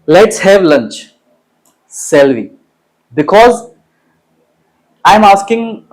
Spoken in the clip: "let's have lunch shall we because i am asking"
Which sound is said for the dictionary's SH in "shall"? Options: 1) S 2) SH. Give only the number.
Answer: 1